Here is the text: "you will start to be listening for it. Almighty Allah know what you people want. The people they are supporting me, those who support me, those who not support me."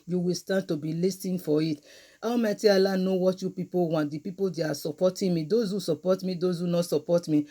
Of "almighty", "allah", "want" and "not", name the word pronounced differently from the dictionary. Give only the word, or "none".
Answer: almighty